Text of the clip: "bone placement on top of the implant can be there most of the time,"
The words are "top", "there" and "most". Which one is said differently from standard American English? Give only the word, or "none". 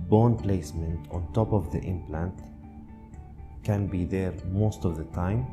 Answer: none